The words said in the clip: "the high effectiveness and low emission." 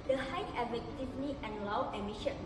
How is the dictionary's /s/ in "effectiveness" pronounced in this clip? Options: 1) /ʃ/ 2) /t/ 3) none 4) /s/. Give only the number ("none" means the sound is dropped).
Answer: 3